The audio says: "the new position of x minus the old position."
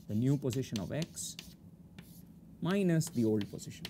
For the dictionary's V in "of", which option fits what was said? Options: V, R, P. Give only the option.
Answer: V